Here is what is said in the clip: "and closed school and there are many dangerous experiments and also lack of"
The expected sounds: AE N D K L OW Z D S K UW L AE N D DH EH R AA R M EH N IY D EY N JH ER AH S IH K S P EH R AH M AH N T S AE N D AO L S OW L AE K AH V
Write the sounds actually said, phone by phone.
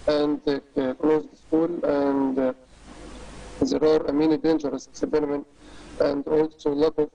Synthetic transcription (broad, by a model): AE N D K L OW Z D S K UW L AE N D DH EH R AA R M EH N IY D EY N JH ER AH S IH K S B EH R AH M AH N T AE N D AO L S OW L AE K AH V